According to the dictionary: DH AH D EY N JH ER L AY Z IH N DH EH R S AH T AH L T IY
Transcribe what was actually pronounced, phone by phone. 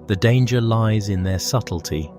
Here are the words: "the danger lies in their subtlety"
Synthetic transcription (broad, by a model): DH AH D EY N JH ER L AY Z IH N DH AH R S AH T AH L T IY